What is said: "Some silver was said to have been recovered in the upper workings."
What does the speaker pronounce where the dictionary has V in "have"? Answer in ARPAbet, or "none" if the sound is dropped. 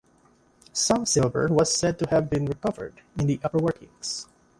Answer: V